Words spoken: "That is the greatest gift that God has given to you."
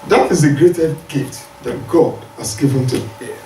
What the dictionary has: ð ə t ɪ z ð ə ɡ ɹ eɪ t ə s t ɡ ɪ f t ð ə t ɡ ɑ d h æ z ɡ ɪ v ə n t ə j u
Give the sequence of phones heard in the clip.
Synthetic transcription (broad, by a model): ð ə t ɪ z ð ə ɡ ɹ eɪ t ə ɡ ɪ t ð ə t ɡ ɑ d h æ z ɡ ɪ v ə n t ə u